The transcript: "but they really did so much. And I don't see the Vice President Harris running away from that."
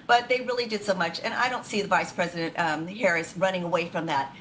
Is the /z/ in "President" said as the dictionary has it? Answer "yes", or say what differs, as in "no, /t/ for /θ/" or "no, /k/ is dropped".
yes